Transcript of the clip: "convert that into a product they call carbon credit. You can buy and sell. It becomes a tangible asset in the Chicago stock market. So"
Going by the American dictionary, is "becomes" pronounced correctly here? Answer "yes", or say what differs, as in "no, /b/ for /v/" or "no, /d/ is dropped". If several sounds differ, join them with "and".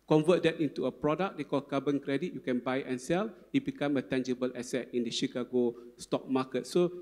no, /z/ is dropped